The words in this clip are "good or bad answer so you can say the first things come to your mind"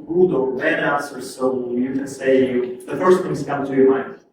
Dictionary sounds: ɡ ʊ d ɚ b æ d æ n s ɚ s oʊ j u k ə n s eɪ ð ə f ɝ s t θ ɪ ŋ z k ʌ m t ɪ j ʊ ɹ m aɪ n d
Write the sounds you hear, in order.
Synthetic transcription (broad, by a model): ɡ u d ɚ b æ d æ s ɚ s oʊ j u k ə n s eɪ ð ə f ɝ s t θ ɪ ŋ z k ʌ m t ɪ j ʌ ɹ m aɪ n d